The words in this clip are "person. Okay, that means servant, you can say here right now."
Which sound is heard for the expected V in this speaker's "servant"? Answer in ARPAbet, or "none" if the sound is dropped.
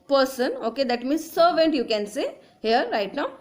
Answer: V